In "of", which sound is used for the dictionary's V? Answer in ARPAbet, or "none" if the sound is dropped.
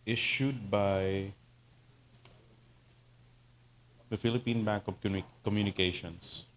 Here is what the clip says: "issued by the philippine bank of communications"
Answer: P